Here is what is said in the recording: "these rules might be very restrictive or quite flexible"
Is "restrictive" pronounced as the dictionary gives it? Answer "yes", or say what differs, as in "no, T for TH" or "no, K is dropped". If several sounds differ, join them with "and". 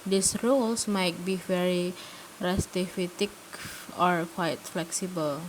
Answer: no, K is dropped